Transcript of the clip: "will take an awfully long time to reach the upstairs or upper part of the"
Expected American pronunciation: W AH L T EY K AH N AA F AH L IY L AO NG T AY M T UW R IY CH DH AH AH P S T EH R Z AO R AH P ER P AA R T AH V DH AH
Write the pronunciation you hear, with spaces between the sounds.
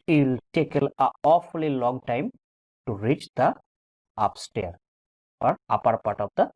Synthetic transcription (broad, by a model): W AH L T EY K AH L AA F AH L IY L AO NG T AY M T UW R IY CH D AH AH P S T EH R AO R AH P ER P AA T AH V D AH